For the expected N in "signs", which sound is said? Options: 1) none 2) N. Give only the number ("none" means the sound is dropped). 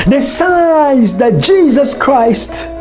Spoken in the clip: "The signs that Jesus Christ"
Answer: 1